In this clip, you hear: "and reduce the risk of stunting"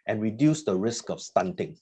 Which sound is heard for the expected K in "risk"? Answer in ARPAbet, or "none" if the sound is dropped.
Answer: K